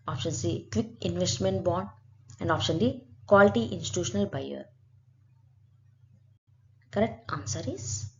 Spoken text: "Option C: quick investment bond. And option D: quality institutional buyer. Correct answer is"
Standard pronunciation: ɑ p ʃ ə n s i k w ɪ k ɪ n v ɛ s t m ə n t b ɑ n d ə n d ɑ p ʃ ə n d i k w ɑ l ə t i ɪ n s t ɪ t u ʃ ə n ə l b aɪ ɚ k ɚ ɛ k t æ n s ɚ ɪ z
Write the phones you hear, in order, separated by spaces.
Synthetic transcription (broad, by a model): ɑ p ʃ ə n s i k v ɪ k ɪ n v ɛ s t m ə n t b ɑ n ə n d ɑ p ʃ ə n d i k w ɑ l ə t i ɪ n s t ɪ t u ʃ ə n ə l b aɪ ɚ k ɚ ɛ k t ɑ n s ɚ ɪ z